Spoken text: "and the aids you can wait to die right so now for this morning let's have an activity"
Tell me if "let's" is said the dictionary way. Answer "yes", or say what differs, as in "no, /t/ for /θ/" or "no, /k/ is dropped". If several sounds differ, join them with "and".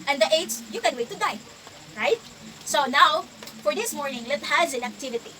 no, /s/ is dropped